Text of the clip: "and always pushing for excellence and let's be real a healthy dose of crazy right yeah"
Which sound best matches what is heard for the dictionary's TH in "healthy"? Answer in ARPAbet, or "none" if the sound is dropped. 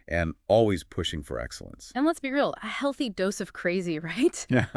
TH